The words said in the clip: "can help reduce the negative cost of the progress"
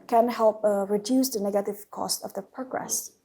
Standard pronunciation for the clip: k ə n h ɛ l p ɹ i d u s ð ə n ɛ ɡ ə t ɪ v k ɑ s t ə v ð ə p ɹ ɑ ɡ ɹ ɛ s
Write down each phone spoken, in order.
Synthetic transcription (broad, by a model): k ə n h ɛ l p ɹ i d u s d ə n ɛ ɡ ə t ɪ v k ɑ s t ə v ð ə p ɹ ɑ ɡ ɹ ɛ s